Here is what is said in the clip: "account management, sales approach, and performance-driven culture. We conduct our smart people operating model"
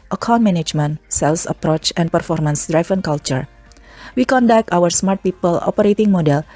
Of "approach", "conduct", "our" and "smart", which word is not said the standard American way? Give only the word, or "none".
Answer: none